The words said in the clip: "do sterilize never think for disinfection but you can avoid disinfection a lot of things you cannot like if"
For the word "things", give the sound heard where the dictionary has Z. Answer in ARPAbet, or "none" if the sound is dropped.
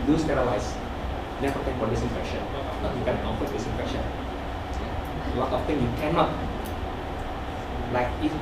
none